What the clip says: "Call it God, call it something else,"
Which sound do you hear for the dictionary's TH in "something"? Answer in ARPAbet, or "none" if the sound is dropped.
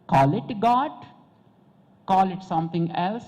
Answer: T